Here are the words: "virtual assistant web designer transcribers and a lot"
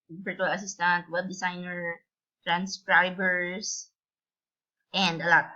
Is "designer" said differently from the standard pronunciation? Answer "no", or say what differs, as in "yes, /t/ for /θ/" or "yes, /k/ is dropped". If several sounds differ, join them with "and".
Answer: yes, /s/ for /z/